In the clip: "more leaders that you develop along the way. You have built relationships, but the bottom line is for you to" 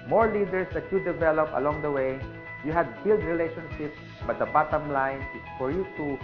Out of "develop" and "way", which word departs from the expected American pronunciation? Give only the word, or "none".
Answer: none